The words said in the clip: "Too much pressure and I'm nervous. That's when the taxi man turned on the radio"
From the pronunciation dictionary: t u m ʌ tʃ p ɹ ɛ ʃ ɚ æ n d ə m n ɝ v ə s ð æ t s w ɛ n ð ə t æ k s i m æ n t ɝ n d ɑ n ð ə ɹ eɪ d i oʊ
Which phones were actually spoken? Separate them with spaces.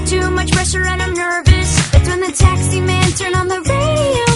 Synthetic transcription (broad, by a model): t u m ʌ tʃ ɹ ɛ s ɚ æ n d ə m n ɝ v ə s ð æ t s w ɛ n ð ə t æ k s i m æ n t ɝ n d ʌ n ð ə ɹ eɪ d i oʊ